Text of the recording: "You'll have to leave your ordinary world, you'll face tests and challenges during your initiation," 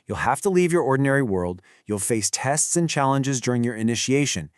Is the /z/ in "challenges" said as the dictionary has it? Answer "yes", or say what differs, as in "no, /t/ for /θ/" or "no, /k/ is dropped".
yes